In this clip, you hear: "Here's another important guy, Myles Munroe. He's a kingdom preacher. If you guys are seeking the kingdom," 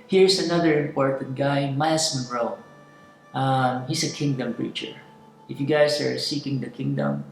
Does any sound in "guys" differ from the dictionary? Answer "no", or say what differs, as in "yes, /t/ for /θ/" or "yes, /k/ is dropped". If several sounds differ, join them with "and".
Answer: yes, /s/ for /z/